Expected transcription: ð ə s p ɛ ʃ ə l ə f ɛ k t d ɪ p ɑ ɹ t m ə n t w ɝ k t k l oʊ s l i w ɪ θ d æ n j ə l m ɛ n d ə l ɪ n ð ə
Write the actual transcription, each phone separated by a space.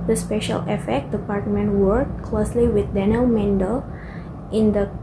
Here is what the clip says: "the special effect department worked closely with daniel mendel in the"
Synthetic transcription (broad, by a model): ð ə s p ɛ ʃ ə l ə f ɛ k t d ɪ p ɑ ɹ t m ə n t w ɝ t k l oʊ s l i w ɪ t d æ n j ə l m ɛ n d ə l ɪ n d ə